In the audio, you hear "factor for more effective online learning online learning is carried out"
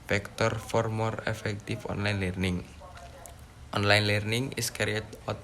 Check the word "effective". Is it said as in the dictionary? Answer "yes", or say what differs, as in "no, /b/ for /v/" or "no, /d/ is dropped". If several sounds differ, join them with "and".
no, /f/ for /v/